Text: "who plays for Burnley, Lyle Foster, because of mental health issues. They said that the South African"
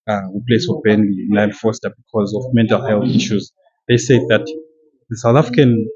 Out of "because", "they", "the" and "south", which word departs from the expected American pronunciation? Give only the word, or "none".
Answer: none